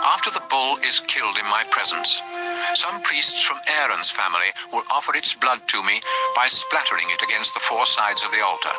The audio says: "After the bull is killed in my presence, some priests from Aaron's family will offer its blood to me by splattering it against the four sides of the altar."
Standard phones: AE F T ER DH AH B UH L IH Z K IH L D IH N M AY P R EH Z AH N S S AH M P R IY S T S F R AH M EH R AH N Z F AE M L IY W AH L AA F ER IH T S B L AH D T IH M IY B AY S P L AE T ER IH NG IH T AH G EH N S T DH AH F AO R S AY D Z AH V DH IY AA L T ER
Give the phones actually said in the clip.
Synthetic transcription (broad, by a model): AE F T ER DH AH B UH L IH Z K IH L D IH N M AY P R EH Z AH N S S AH M P R IY S T S F R AH M EH R AH N Z F AE M L IY W AH L AA F ER IH T S B L AH D T IH M IY B AY S P L AE T ER IH NG IH T AH G EH N S T DH AH F AO R S AY D Z AH V DH IY AA L T ER